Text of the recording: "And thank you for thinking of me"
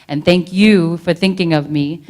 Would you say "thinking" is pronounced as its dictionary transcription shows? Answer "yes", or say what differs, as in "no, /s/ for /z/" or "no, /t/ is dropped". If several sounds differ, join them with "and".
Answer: yes